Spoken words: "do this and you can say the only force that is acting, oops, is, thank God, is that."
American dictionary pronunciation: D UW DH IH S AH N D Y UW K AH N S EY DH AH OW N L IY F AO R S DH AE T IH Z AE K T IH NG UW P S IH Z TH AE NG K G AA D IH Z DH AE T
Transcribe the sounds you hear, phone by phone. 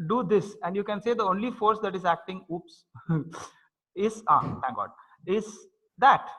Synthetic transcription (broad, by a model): D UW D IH S AH N D Y UW K AH N S EY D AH OW N L IY F AO R S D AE T IH Z AE K T IH NG UW P S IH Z T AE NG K G AA D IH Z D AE T